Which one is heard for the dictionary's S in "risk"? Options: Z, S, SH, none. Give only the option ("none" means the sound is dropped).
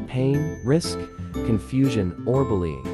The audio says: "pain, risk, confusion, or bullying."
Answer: S